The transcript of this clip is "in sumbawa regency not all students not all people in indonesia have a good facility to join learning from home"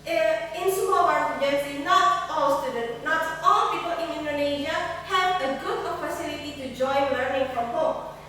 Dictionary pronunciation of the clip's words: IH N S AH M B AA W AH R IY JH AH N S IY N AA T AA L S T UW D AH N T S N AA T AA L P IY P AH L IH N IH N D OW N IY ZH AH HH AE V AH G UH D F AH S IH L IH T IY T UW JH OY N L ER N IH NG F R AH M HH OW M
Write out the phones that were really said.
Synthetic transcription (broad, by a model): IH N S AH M AA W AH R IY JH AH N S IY N AA T AA L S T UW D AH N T N AA T AA L P IY P AH L IH N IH N D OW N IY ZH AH HH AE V AH G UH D P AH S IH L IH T IY T UW JH OY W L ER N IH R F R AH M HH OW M